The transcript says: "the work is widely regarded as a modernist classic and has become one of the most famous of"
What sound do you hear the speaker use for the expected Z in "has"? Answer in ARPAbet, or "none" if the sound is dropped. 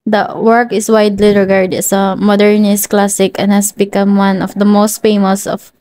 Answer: S